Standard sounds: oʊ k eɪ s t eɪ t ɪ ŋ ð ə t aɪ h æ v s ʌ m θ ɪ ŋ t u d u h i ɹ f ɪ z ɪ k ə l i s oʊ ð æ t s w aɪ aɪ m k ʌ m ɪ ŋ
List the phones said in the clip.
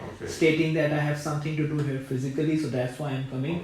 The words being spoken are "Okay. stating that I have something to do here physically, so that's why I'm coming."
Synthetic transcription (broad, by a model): s t eɪ t ɪ ŋ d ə t aɪ h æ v s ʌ m t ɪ ŋ t u d u h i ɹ f ɪ z ɪ k ə l i s oʊ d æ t s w aɪ aɪ m k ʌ m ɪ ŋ